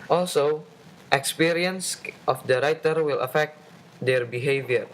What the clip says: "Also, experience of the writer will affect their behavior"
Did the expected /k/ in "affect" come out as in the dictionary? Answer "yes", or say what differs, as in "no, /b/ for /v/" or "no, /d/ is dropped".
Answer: yes